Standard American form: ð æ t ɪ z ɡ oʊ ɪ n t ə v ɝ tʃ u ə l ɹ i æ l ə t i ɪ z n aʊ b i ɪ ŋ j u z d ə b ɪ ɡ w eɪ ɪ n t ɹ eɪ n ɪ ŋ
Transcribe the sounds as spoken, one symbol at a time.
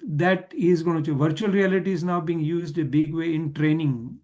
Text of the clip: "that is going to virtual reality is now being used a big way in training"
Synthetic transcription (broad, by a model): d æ t ɪ z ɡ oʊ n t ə v ɝ tʃ u ə l ɹ i æ l ə t i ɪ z n aʊ b i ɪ ŋ j u z d ə b ɪ ɡ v eɪ ɪ n t ɹ eɪ n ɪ ŋ